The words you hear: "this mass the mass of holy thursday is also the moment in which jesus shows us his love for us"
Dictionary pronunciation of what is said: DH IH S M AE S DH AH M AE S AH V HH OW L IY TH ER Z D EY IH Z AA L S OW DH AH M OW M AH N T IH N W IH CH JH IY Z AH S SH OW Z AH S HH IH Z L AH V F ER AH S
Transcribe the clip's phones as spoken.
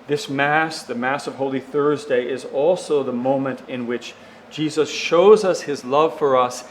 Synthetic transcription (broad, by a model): DH IH S M AE S DH AH M AE S AH V HH OW L IY TH ER Z D EY IH Z AA L S OW DH AH M OW M AH N T IH N W IH CH JH IY Z AH S SH OW Z AH S HH IH Z L AH V F ER AH S